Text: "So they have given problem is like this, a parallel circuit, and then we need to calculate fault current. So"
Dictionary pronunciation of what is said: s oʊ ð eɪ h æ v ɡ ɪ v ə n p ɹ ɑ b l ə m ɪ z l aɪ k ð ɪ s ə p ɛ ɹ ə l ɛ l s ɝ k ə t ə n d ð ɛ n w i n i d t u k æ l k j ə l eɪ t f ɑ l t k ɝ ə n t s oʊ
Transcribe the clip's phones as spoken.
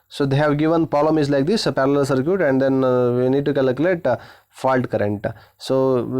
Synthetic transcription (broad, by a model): s oʊ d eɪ h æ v ɡ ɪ v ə n p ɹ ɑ l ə m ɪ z l aɪ k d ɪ s p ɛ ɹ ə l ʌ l s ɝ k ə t ə n d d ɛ n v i n i d t u k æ l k j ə l eɪ t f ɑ l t k ɝ ə n t s oʊ